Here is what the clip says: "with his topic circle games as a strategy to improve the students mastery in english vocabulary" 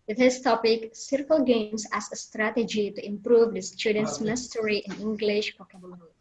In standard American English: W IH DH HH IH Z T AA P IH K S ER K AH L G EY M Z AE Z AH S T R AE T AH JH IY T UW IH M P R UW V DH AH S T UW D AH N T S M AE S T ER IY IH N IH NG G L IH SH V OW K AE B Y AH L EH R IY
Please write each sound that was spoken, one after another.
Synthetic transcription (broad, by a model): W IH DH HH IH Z T AA P IH K S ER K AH L G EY M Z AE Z AH S T R AE T AH JH IY T UW IH M P R UW V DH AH S T UW D AH N T S M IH S T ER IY IH N IH NG G L IH SH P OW K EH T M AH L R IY